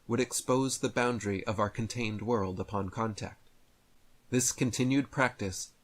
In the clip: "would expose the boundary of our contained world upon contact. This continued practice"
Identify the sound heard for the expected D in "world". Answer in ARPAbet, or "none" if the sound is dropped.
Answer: D